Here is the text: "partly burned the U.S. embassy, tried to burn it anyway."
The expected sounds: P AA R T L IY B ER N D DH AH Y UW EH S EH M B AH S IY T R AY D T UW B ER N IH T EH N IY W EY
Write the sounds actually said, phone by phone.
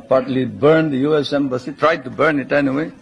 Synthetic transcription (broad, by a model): P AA R T L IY B ER N D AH Y UW EH S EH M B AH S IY T R AY D T UW B ER N IH T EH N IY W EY